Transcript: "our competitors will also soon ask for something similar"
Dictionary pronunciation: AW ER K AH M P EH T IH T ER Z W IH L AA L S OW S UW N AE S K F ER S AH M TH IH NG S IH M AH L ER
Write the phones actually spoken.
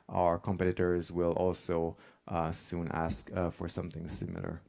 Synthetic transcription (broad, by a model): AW ER K AH M P EH T IH T ER Z W IH L AA L S OW S UW N AE S K F ER S AH M TH IH NG S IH M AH L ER